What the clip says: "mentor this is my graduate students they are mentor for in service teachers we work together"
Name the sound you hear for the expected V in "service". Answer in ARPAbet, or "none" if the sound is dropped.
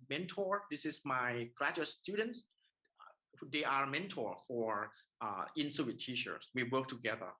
none